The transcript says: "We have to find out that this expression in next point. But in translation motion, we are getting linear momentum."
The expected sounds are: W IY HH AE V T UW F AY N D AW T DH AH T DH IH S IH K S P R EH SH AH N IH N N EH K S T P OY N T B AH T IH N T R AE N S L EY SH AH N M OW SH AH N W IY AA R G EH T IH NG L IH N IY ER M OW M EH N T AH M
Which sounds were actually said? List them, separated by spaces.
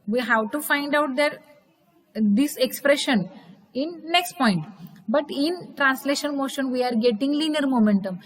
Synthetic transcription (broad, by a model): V IY HH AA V T UW F AY N D AW T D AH T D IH S IH K S P R EH SH AH N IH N N EH K S T P OY N T B AH T IH N T R AE N S L EY SH AH N M OW SH AH N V IY AA R G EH T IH NG L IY N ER M OW M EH N T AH M